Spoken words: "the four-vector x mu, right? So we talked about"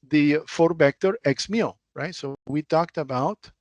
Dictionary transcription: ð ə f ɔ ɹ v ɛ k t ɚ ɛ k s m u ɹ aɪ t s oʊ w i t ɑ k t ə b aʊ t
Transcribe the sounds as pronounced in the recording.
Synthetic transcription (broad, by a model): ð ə f ɔ ɹ b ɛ k t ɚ ɛ k s m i ɹ aɪ t s oʊ w i t ɑ k t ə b aʊ t